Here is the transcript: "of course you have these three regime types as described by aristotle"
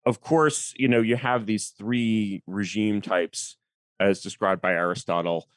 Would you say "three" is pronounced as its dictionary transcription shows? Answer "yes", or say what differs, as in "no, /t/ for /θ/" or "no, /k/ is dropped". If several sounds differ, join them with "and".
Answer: yes